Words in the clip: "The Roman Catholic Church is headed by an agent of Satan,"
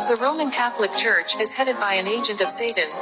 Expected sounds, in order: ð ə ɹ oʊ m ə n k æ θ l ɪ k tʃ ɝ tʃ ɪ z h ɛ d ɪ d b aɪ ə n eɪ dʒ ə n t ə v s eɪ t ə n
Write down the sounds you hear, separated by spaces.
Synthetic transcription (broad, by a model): ð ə ɹ oʊ m ə n k æ θ l ɪ k tʃ ɝ tʃ ɪ z h ɛ d ɪ d b aɪ ə n eɪ dʒ ə n t ə v s eɪ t n